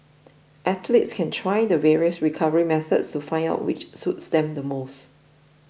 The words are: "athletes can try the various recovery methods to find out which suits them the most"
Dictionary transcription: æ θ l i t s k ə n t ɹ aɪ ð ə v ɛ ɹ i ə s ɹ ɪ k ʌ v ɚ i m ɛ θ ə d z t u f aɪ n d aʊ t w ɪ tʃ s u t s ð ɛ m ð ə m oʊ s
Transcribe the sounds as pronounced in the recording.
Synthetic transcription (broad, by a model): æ t l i t s k ə n t ɹ aɪ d ə v ɛ ɹ i ə s ɹ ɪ k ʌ v ɚ i m ɛ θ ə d s t u f aɪ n d aʊ t w ɪ tʃ s u t s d ɛ m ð ə m oʊ s